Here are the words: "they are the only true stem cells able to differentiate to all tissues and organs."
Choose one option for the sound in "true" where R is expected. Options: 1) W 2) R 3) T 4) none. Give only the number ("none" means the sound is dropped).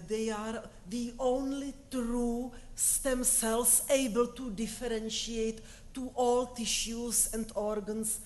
2